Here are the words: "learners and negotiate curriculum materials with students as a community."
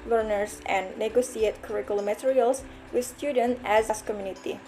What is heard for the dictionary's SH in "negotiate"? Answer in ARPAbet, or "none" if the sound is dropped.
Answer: S